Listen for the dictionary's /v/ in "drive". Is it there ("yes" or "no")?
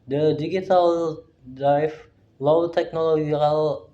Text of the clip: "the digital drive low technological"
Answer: no